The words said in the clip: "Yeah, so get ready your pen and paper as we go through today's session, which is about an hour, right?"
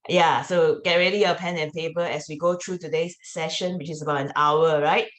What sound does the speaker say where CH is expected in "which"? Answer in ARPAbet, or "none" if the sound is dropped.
CH